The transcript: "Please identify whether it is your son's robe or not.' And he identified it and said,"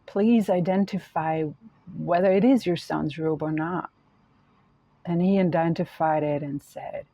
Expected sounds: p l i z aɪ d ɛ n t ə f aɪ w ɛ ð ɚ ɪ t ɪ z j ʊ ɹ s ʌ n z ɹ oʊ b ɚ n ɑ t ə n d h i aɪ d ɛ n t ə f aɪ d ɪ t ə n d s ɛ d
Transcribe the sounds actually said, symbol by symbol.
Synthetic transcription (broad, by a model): p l i z aɪ d ɛ n t ə f aɪ w ɛ ð ɚ ɪ t ɪ z j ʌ ɹ s ʌ n z ɹ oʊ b ɚ n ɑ t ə n i aɪ d ɛ n t ə f aɪ d ɪ t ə n s ɛ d